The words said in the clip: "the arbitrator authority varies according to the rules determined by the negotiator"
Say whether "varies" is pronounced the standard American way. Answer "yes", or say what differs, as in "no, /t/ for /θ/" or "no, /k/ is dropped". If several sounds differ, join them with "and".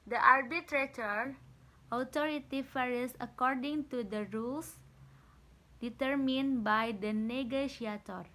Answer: no, /f/ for /v/ and /s/ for /z/